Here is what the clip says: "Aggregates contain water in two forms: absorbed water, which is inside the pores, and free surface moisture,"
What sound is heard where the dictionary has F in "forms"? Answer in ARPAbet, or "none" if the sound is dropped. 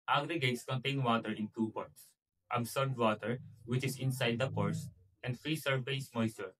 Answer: P